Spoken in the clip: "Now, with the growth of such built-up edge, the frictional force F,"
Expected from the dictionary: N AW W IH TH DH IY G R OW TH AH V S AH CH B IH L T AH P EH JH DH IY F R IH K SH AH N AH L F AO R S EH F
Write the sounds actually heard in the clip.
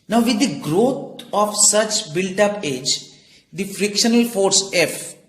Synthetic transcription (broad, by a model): N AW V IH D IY G R OW T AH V S AH CH B IH L T AH P EH JH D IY F R IH K SH AH N AH L F AO R S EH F